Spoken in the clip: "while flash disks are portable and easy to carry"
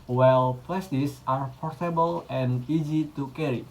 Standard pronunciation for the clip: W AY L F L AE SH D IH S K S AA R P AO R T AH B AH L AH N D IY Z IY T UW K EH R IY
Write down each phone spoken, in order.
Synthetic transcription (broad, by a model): W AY L P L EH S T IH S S AA R P AO R T AH B AH L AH N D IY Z IY T UW K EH R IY